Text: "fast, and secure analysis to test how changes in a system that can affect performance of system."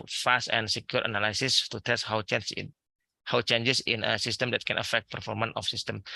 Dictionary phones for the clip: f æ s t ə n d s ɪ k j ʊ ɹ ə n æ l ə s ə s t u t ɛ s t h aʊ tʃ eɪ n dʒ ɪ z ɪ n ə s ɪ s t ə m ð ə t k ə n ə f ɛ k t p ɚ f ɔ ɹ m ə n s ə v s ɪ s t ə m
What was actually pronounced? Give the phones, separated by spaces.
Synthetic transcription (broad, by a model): f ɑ s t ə n s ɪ k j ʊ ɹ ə n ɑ l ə s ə s t u t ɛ s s h aʊ tʃ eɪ n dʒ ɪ s ɪ n ə s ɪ s t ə m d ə t k ə n ə f ɛ k t p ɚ f ɔ ɹ m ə n ə f s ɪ s t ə m